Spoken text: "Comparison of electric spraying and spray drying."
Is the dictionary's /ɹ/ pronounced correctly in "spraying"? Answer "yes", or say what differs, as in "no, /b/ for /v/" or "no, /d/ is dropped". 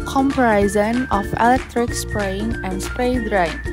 yes